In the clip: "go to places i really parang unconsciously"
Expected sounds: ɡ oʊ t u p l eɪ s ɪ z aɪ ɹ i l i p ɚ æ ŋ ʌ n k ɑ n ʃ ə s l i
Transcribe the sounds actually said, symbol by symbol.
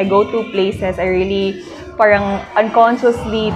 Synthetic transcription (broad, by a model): ɡ oʊ t u p l eɪ s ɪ s aɪ ɹ i l i p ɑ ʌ ŋ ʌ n k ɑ n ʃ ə s l i